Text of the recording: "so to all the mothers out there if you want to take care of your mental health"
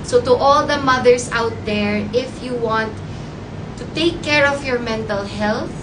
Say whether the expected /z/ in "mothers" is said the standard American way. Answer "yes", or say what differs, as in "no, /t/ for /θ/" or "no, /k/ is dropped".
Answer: no, /s/ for /z/